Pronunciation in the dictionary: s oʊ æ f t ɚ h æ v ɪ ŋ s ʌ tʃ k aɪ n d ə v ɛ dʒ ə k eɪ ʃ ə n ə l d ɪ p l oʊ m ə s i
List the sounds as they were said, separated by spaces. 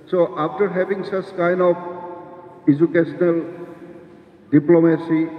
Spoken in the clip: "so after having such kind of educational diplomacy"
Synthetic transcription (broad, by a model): s oʊ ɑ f t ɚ h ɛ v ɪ ŋ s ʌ s k aɪ n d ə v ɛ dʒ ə k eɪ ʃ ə n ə l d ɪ p l oʊ m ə s i